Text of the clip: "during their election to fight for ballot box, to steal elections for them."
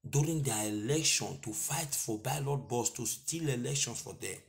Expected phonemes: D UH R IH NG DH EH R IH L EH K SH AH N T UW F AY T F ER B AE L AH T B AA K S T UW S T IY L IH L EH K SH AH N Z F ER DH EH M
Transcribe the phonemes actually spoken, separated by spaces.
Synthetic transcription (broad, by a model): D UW R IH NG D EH IH L EH K SH AH N T UW F AY T F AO B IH L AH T B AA S T UW S T IY L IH L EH K SH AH N S F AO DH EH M